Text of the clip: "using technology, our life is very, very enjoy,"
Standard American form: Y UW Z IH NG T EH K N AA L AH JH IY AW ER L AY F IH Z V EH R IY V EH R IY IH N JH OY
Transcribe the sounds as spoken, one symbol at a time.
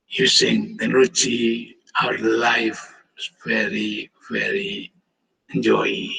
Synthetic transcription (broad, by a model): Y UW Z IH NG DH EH N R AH CH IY AW ER L AY F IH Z V EH R IY V EH R IY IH N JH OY